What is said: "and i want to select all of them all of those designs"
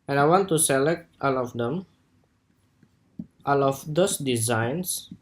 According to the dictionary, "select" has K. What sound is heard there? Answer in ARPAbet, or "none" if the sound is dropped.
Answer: K